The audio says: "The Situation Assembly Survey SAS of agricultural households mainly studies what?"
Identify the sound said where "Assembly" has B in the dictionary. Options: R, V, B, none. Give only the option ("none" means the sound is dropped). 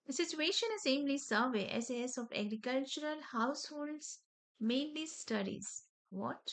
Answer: none